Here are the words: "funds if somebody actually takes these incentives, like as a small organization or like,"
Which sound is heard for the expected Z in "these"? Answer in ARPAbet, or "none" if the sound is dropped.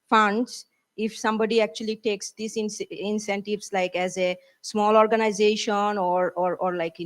S